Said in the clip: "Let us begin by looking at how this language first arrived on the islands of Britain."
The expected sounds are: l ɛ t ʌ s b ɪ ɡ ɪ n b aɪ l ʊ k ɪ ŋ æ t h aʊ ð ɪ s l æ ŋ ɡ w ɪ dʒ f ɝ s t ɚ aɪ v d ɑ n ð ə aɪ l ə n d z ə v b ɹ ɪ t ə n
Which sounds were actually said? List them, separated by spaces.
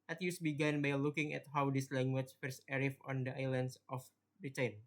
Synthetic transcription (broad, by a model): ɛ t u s b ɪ ɡ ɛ n b aɪ l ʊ k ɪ ŋ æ t h aʊ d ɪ s l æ ŋ ɡ w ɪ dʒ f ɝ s ɚ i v ɑ n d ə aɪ l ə n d s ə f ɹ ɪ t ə n